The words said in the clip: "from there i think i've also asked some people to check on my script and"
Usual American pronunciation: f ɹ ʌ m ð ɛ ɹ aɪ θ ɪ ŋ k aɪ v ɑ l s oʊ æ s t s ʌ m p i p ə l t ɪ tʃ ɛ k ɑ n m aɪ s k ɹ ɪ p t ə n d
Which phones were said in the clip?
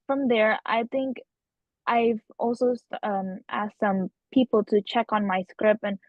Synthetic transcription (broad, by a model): f ɹ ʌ m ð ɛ ɹ aɪ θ ɪ ŋ k aɪ v ɑ l s oʊ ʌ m t s ʌ m p i p l t ɪ tʃ ɛ k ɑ n m aɪ s k ɹ ɪ p ə n